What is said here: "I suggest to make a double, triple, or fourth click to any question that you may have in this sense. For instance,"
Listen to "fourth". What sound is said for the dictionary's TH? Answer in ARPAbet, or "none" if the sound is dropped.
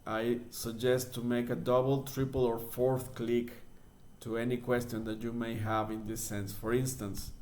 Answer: TH